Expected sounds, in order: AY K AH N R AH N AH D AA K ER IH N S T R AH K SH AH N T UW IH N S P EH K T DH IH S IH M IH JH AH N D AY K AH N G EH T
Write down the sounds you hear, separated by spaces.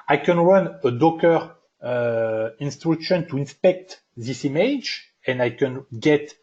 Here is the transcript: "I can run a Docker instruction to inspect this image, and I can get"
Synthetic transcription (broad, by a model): AY K AH N W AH N AH D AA K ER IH N S T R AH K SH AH N T UW IH N S P EH K T DH IH S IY M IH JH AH N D AY K AH N G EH T